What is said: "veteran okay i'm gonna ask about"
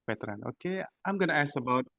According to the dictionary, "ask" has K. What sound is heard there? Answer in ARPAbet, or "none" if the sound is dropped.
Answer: none